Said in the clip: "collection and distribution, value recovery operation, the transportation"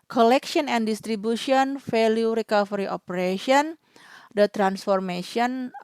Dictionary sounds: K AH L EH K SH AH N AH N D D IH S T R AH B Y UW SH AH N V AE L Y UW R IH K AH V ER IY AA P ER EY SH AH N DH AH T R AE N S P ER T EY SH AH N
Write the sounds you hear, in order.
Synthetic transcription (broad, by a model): K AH L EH K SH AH N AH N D D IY S T R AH B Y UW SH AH N F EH L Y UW R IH K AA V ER IY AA P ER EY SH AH N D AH T R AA N S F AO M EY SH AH N